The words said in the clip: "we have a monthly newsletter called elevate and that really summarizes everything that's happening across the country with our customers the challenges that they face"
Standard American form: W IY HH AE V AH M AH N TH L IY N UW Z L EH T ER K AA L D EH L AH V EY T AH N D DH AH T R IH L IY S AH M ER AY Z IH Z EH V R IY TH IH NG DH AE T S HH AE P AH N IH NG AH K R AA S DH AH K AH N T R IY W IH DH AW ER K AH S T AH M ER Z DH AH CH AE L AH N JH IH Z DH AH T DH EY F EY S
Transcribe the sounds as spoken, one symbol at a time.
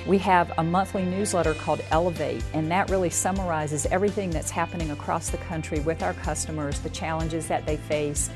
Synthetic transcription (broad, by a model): W IY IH V AH M AH N TH L IY N UW Z L EH T ER K AA L D EH L AH V EY T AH N DH AH T R IH L IY S AH M ER AY Z IH Z EH V R IY TH IH NG DH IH T S HH AE P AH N IH NG AH K R AA S DH AH K AH N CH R IY W IH DH AW ER K AH S T AH M ER Z DH AH CH AE L AH N JH IH Z DH AH T DH EY F EY S